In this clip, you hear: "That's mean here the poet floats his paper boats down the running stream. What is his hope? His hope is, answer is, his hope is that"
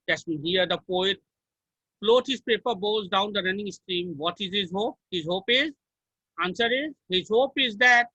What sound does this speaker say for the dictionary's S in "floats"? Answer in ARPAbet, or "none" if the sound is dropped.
none